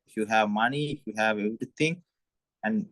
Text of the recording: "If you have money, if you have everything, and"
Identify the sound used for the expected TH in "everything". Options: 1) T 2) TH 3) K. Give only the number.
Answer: 1